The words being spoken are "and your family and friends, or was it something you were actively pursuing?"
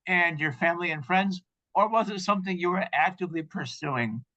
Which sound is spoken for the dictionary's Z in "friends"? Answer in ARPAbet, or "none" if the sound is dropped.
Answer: Z